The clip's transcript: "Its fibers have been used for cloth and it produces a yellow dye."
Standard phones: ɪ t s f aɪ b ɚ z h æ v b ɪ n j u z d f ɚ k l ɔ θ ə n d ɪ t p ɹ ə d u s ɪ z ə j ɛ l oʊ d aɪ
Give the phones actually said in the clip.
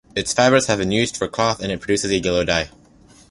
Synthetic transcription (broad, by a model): ɪ t s f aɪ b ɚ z h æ v b ɪ n j u z d f ɚ k l ɔ θ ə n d ɪ t p ɹ ə d u s ɪ z ə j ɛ l oʊ d aɪ